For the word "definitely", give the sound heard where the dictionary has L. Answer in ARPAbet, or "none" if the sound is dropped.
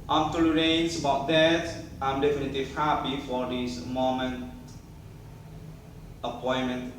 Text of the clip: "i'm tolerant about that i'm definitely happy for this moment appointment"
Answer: L